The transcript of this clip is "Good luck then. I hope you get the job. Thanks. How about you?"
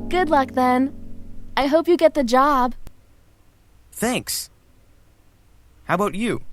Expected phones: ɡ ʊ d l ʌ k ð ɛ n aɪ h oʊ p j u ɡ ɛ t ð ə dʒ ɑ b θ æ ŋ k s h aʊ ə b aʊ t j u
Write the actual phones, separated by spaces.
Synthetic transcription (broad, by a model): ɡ ʊ d l ʌ k ð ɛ n aɪ h oʊ p j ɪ ɡ ɛ t ð ə dʒ ɑ b θ æ ŋ k s h aʊ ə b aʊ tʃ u